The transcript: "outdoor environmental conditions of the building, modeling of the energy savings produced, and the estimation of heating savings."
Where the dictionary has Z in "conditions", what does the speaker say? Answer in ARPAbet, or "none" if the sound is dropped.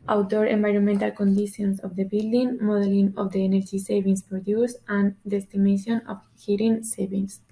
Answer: S